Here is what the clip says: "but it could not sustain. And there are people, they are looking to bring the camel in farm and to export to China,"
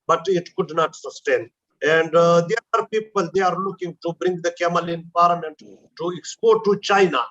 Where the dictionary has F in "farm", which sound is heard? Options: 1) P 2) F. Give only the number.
1